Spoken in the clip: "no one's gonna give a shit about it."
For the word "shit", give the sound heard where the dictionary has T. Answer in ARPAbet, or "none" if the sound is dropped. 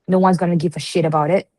T